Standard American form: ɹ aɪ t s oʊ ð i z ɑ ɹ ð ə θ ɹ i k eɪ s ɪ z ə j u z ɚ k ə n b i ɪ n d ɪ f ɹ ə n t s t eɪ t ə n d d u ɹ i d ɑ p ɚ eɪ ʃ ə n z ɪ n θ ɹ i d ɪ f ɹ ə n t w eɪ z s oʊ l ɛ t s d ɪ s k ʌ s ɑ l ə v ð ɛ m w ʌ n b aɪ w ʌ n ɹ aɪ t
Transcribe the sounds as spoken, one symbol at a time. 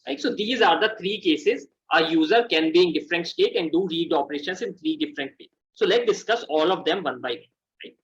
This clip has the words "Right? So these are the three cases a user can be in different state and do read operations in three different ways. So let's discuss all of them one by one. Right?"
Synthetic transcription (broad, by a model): ɹ aɪ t s oʊ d i z ɑ ɹ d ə t ɹ i k eɪ s ɪ z ə j u z ɚ k ə n b i ɪ n d ɪ f ɹ ə n t s t eɪ t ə n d d u ɹ i d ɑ p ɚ eɪ ʃ ə n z ɪ n t ɹ i d ɪ f ɹ ə n t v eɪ s oʊ l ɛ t d ɪ s k ʌ s ɑ l ə v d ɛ m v ʌ n b aɪ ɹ aɪ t